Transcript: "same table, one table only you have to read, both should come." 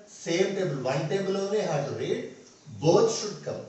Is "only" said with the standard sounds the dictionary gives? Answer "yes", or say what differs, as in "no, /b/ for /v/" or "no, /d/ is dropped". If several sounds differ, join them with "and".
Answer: no, /l/ is dropped